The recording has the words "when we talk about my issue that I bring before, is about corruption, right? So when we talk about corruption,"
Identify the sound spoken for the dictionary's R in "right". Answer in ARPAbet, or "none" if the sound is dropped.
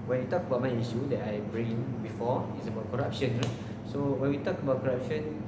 L